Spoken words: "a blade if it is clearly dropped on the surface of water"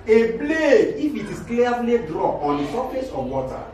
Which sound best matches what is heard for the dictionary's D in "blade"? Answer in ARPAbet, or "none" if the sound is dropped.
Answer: none